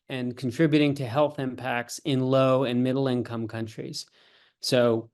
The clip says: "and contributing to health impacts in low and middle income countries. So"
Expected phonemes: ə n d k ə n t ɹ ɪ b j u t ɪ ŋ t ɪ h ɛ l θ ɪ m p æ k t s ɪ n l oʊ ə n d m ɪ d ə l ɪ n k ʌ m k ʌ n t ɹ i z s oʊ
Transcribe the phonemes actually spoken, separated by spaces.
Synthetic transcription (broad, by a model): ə n k n t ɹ ɪ b j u t ɪ ŋ t ɪ h ɛ l θ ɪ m p æ k t s ɪ n l oʊ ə n m ɪ d l ɪ n k ʌ m k ʌ n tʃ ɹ i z s oʊ